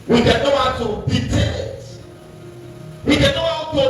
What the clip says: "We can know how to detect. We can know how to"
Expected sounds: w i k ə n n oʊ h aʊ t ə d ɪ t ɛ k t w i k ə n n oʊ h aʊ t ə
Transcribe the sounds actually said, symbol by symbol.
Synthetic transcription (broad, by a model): w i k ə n n oʊ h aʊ t ə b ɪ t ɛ t w i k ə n n oʊ h aʊ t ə